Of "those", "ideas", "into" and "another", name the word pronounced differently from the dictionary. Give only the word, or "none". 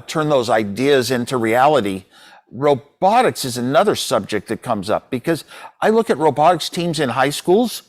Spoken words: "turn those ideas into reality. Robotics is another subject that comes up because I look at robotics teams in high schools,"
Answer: none